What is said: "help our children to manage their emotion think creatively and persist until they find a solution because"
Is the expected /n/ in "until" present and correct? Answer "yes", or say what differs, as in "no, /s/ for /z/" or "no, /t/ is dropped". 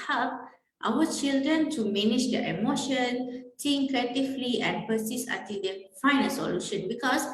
no, /n/ is dropped